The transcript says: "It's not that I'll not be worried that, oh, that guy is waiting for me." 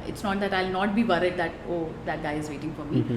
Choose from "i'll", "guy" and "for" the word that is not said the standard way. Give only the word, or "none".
none